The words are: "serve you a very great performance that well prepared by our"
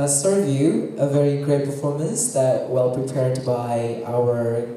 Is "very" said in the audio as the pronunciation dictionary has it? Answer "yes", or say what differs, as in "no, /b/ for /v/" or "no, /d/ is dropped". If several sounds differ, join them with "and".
yes